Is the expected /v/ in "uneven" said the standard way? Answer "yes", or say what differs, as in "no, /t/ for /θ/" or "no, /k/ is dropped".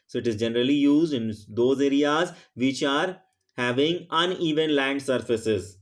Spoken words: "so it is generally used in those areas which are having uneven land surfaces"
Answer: yes